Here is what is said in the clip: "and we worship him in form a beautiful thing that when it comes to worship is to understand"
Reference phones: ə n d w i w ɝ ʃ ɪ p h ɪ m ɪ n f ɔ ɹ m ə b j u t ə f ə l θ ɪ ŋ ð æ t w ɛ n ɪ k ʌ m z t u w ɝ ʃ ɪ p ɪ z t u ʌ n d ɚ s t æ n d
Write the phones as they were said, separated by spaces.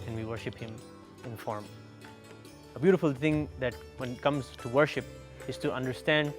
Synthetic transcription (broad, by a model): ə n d w i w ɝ ʃ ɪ p h ɪ m ɪ n f ɔ ɹ m ə b j u t ə f ə l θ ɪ ŋ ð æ t w ɛ n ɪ k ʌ m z t u w ɝ ʃ ɪ p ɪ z t u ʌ n d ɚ s t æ n d